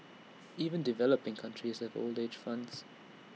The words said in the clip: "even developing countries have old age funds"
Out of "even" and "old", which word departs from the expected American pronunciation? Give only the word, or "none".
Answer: none